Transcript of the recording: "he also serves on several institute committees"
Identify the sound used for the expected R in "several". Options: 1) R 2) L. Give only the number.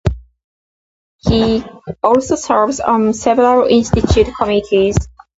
2